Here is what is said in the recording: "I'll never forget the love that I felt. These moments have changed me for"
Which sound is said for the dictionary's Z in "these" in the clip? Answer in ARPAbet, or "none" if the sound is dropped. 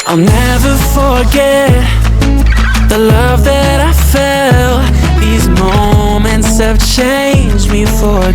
Z